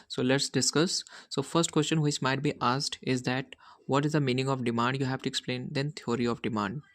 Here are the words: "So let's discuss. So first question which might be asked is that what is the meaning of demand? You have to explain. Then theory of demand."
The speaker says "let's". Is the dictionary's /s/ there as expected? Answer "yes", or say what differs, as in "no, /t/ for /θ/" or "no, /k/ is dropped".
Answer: yes